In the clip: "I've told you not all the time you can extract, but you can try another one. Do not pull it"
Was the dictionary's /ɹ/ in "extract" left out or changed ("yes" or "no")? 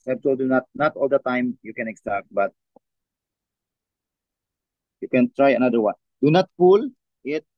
yes